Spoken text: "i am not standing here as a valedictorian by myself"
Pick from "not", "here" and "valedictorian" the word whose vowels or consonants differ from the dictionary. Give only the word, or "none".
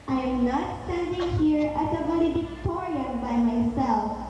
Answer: valedictorian